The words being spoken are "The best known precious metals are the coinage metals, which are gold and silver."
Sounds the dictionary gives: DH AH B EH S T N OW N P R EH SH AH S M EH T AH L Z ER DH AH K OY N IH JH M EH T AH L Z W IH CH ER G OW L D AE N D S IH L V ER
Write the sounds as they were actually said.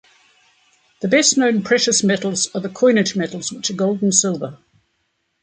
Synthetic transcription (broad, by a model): DH AH B EH S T N OW N P R EH SH AH S M EH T L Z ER DH AH K OY N IH JH M EH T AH L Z W IH CH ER G OW L D N S IH L V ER